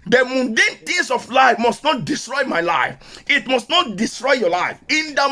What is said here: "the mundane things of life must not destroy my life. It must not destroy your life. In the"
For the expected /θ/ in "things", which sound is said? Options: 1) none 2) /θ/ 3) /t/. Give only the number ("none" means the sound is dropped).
3